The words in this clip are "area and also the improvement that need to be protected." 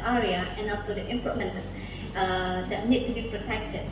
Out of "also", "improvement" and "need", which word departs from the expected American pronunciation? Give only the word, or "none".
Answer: improvement